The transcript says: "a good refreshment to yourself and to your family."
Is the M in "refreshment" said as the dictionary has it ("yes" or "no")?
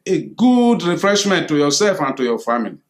yes